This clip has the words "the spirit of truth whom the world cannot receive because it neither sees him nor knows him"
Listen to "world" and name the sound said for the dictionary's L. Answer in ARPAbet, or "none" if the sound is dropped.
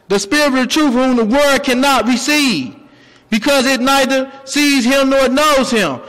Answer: none